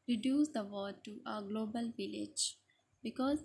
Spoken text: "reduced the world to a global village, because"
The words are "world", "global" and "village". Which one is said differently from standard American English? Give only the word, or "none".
world